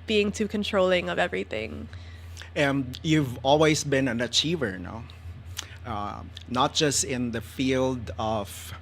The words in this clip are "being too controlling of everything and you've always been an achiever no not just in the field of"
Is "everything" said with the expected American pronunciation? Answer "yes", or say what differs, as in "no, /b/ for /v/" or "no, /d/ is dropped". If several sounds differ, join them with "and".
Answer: yes